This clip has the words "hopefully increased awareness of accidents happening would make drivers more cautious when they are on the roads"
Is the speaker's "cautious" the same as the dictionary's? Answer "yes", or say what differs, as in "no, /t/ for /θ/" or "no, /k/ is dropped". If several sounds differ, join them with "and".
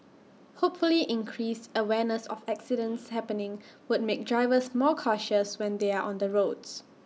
yes